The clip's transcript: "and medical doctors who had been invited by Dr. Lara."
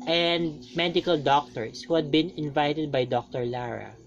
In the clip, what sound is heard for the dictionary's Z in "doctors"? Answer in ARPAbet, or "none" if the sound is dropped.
S